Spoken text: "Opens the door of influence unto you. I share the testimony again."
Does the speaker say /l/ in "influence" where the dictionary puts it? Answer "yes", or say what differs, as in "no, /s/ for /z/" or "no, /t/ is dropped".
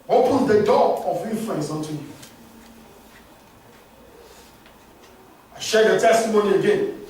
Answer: no, /l/ is dropped